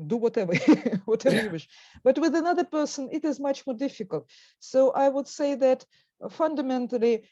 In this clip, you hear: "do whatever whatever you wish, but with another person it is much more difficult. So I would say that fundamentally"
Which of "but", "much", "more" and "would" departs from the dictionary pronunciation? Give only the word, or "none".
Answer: none